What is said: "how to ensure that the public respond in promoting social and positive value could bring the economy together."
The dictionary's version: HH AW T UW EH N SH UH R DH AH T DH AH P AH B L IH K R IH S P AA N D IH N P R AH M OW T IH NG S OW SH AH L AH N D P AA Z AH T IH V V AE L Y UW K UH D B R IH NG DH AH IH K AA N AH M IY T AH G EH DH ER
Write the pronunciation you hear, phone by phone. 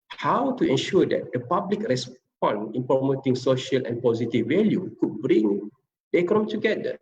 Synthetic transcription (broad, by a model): HH AW T UW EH N SH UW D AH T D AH P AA B L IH K R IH S P AA N IH N P R AH M OW T IH NG S OW SH AH L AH N P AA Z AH T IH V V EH L Y UW K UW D B R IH NG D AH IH K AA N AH M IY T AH G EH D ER